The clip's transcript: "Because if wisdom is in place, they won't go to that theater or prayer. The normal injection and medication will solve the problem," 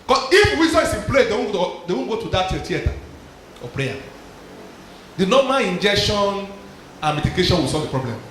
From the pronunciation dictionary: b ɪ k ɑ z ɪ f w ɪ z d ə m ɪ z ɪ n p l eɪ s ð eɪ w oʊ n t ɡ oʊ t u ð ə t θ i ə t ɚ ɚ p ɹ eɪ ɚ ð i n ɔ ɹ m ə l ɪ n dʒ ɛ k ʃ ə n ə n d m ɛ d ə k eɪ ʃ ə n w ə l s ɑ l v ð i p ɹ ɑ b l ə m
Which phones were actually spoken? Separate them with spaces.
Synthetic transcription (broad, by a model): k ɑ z ɪ f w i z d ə ɪ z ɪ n p l eɪ s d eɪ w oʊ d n ɡ oʊ t u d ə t t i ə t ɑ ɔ p ɹ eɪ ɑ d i n ɔ m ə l ɪ n dʒ ɛ k ʃ ə n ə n m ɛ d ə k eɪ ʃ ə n w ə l s ɑ l v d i p ɹ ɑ b l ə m